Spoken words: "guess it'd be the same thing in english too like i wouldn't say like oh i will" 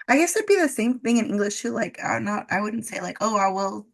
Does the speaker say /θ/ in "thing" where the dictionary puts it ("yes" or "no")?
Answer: yes